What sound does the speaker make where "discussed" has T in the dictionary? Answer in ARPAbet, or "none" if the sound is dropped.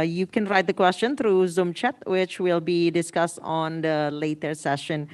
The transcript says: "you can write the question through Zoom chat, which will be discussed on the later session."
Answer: T